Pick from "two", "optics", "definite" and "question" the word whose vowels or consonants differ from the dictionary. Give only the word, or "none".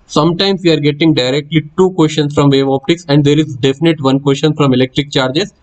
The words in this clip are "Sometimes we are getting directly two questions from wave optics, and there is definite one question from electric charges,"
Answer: question